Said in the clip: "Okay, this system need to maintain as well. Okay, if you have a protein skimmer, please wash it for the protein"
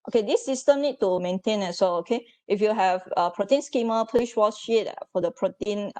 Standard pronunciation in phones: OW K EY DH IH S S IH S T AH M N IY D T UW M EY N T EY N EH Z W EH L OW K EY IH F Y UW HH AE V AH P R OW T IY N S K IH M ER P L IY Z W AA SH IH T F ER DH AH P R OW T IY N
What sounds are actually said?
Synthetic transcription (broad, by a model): OW K EY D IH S S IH S T AH M N IY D T UW M EY N T EY N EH S W EH L OW K EY IH F Y UW HH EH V AH P R OW T IY N S K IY M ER P N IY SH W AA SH IH T F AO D AH P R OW T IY N